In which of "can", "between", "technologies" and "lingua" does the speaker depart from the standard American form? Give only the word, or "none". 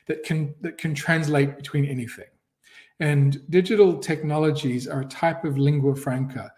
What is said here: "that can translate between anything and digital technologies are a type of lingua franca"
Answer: none